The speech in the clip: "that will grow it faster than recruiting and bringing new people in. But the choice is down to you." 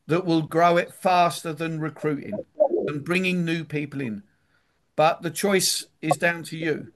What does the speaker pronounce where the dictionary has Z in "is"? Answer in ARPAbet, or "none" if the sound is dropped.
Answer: Z